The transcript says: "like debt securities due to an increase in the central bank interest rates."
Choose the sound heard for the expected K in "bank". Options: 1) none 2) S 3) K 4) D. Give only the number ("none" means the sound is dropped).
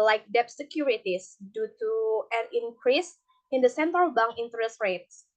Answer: 1